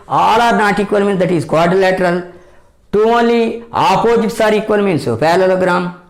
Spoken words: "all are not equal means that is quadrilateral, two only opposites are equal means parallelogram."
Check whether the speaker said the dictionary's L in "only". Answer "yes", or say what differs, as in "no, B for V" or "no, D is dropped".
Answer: yes